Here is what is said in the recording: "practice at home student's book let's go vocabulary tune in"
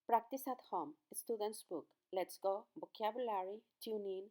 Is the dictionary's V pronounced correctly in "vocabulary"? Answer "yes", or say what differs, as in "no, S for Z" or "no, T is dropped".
no, B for V